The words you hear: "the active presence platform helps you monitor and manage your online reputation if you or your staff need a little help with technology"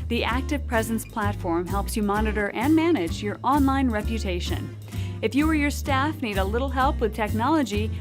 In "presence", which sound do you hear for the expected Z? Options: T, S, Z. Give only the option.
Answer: Z